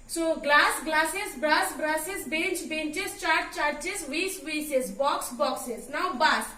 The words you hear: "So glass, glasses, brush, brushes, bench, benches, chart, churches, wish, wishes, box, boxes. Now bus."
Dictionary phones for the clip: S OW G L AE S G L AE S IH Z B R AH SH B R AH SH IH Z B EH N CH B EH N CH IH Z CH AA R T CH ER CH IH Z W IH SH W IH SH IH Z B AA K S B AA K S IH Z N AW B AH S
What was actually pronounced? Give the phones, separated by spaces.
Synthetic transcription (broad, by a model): S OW G L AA S G L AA S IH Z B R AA S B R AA S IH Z B EH N CH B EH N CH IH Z CH AA R T CH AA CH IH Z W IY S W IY S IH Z B AA K S B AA K S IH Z N AW B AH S